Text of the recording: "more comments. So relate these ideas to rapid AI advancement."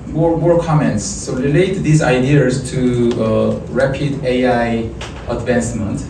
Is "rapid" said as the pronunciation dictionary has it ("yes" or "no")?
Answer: yes